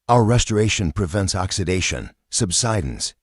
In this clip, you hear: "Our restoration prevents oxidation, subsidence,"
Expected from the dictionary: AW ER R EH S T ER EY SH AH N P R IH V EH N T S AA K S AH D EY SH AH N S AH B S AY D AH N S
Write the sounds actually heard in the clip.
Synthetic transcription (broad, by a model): AW ER R EH S T ER EY SH AH N P R IH V EH N T S AA K S AH D EY SH AH N S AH B S AY D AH N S